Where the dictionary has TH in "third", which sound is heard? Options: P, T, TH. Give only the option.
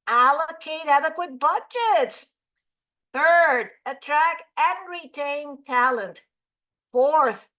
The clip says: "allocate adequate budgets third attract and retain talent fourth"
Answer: TH